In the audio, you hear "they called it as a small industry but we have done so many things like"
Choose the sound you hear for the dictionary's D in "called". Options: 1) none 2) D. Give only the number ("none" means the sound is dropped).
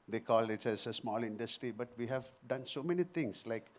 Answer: 1